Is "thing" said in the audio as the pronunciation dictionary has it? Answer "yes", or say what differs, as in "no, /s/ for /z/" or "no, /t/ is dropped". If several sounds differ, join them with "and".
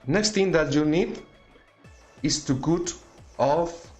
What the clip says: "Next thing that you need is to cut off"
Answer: no, /t/ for /θ/